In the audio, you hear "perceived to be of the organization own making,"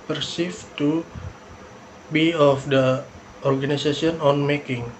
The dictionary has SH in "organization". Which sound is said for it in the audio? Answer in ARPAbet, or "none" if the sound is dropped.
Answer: S